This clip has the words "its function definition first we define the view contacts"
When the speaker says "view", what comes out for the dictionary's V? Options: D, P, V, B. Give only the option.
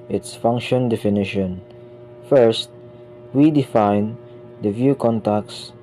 V